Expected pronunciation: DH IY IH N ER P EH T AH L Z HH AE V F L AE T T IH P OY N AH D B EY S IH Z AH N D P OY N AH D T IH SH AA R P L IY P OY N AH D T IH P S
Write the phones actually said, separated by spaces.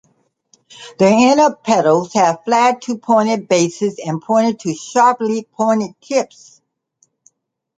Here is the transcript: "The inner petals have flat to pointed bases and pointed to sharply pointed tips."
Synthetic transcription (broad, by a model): DH IY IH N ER P EH T L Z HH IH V F L AE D T IH P OY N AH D B EY S IH Z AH N P OY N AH D T IH SH AA R P L IY P OY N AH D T IH P S